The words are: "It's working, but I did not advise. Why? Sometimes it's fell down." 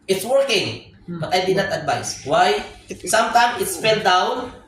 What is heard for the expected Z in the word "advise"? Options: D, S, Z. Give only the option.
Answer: S